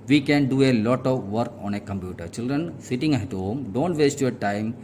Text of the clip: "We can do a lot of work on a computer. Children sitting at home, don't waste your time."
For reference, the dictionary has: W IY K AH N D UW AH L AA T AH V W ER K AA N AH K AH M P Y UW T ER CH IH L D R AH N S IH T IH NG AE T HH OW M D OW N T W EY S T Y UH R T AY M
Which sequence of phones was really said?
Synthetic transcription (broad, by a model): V IY K AH N D UW AH L AA T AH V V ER K AA N AH K AH M P Y UW T ER CH IH L D R AH N S IH T IH NG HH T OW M D OW N T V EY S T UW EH T AY M